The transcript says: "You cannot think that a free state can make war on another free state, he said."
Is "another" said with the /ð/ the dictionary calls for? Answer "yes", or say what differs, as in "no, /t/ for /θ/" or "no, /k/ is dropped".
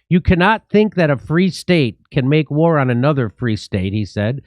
yes